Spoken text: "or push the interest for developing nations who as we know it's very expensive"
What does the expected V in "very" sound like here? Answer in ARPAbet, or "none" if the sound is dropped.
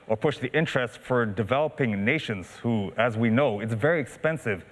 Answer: V